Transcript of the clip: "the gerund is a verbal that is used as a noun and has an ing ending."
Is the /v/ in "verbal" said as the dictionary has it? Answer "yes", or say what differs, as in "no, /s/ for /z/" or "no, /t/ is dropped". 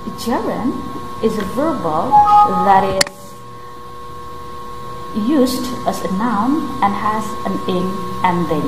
yes